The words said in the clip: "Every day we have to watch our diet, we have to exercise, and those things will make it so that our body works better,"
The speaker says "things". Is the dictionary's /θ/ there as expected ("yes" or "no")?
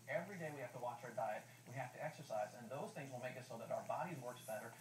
yes